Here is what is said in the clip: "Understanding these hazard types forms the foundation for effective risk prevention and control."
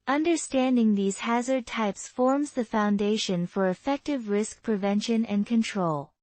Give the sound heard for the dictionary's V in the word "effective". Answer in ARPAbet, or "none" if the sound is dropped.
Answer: V